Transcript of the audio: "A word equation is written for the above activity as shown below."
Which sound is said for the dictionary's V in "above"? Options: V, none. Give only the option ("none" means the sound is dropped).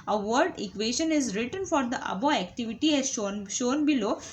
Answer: none